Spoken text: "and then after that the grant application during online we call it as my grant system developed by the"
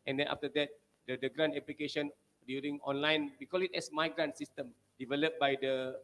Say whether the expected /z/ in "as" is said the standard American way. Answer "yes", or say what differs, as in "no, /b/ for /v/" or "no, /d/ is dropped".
no, /s/ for /z/